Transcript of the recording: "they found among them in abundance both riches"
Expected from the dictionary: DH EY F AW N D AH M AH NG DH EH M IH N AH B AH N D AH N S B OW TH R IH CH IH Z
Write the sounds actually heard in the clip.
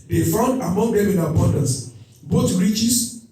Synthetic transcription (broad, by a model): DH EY F AW N D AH M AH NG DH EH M IH N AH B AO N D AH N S B OW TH R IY CH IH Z